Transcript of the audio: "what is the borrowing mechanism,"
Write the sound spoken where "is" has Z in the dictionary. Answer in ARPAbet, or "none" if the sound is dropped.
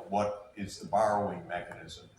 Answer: Z